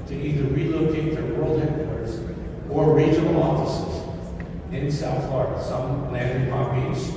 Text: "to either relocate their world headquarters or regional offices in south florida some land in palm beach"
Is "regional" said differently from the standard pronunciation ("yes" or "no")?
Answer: yes